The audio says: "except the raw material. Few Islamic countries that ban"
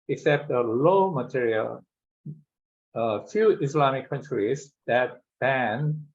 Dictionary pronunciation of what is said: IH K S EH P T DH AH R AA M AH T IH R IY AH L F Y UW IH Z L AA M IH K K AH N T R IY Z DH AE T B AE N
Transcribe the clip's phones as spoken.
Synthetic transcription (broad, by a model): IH K S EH P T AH L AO M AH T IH R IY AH L F Y UW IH S L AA M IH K K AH N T R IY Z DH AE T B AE N